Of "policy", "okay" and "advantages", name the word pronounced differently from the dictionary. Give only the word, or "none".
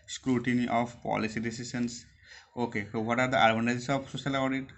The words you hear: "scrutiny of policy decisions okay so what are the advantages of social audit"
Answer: advantages